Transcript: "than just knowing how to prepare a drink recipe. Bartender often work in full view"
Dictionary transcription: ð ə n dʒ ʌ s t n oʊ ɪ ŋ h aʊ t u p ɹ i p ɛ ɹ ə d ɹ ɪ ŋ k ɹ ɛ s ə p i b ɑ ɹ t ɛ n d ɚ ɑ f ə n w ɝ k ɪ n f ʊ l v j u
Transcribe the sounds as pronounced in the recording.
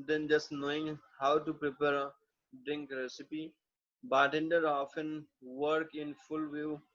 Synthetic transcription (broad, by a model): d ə n dʒ ʌ s t n oʊ ɪ ŋ h aʊ t u p ɹ i p ɛ ɹ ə d ɹ ɪ ŋ k ɹ ɛ s ə p i b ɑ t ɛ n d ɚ ɑ f ə n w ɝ k ɪ n f ʊ l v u